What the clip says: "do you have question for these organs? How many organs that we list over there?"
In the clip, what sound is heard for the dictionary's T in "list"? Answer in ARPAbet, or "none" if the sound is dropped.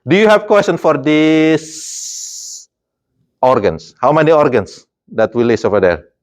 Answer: none